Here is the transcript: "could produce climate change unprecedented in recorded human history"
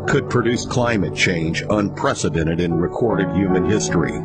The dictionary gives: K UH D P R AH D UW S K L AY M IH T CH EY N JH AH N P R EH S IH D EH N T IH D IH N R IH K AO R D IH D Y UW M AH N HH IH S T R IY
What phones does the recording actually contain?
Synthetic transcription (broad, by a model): K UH D P R AH D UW S K L AY M IH T CH EY N JH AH N P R EH S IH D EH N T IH D IH N R IH K AO R D IH D Y UW M AH N HH IH S T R IY